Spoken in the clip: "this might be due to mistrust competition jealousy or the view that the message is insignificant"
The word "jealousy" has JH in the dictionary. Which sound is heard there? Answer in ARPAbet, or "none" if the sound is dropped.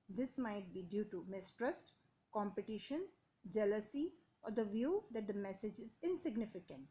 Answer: JH